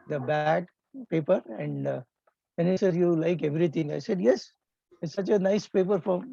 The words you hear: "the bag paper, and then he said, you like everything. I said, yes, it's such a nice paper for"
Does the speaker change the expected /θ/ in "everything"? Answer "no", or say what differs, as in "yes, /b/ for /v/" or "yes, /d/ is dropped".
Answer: yes, /t/ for /θ/